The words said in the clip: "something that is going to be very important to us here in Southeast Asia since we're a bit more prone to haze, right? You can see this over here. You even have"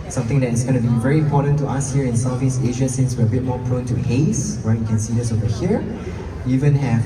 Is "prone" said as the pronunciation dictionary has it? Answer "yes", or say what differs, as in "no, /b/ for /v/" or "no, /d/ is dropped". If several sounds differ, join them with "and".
yes